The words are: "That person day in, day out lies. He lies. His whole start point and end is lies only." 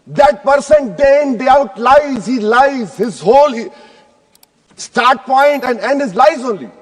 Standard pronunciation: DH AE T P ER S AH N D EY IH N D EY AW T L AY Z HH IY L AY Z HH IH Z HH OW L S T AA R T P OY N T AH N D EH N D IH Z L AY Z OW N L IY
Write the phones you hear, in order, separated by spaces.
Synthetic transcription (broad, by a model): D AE T P ER S AH N D EY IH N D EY AW T L AY Z HH IY L AY Z HH IH Z HH OW L S T AA R T P OY N T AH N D EH N D IH Z L AY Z OW N L IY